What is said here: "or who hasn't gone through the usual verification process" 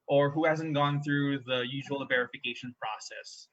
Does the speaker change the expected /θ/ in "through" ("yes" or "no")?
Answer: no